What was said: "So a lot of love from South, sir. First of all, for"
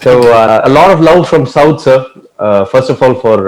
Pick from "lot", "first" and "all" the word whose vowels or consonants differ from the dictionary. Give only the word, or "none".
none